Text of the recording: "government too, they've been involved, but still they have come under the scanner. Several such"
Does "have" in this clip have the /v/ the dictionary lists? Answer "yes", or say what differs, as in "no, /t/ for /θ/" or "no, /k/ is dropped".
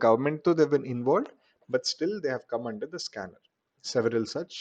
yes